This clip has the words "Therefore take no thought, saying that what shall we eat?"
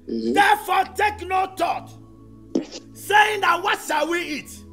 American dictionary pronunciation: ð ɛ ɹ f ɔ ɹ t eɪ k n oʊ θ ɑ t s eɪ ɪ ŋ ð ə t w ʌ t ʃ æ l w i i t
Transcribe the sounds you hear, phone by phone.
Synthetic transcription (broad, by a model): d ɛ f ɔ t eɪ k n oʊ t ɑ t s eɪ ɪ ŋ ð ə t w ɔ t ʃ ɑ w i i t